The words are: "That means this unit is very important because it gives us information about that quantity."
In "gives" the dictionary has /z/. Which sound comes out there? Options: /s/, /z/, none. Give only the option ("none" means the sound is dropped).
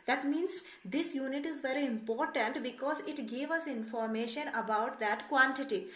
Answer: none